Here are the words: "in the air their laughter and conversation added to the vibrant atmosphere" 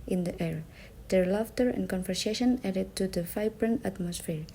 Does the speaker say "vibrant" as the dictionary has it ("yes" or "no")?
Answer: no